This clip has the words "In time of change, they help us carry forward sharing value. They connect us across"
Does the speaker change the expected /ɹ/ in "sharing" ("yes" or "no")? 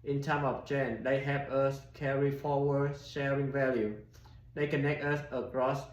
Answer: no